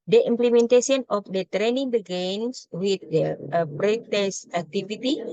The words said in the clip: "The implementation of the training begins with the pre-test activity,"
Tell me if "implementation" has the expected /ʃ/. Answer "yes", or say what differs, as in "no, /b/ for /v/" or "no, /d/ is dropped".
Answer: no, /s/ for /ʃ/